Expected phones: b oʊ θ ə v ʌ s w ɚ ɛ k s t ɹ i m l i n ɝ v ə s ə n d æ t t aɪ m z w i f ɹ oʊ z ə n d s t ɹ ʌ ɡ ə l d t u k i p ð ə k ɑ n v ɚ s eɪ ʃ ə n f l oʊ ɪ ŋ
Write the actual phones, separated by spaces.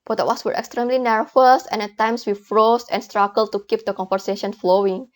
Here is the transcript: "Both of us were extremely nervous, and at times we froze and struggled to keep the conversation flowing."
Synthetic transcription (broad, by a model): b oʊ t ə w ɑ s w ɚ ɛ k s t ɹ i m l i n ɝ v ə s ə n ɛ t t aɪ m s w i f ɹ oʊ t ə n s t ɹ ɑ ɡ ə l t u k i p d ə k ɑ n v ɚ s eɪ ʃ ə n f l oʊ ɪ ŋ